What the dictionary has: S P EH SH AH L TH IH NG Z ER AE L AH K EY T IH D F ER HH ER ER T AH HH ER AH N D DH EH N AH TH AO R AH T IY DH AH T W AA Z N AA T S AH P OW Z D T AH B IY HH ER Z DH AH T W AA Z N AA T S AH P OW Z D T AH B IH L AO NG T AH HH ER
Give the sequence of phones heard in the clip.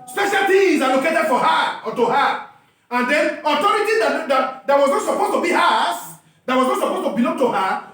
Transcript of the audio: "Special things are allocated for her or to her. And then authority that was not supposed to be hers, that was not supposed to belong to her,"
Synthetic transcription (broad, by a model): S P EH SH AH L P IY Z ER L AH K EY T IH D F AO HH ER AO T AH HH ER AH N D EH N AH T AO R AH T IY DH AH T W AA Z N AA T S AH P OW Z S T AH B IY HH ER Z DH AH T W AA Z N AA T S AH P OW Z T AH B IH L AO NG T AH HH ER